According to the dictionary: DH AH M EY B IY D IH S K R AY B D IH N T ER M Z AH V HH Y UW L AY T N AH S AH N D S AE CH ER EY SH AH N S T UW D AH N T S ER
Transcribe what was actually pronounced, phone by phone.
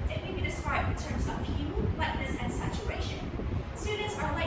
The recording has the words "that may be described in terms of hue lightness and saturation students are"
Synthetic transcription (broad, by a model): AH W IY B IY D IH S K R AY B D IH N T ER M Z AH V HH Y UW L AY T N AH S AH N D S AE CH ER EY SH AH N S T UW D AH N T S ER